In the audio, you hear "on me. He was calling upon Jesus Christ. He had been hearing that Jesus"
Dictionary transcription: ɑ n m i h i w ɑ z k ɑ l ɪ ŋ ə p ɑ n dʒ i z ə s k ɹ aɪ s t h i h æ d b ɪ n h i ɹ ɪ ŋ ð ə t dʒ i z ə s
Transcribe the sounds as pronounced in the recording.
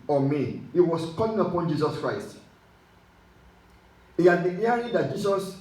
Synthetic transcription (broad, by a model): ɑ m i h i w ɑ s k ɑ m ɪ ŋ ə p ɑ n dʒ i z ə s k ɹ aɪ s t h i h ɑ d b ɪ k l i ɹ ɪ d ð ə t dʒ i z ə s